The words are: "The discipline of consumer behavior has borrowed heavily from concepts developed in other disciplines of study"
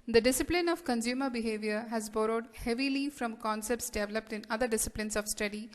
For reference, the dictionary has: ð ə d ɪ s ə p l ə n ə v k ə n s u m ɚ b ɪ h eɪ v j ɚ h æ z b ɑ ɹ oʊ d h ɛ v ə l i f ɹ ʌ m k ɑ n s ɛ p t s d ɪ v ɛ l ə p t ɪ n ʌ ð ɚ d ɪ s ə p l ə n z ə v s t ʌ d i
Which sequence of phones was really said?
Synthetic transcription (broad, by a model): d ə d ɪ s ə p l ə n ə v k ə n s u m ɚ b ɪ h eɪ v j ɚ h æ z b ɑ ɹ oʊ d h ɛ v ə l i f ɹ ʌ m k ɑ n s ɛ p t s d ɪ v ɛ l ə p t ɪ n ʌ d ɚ d ɪ s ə p l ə n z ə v s t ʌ d i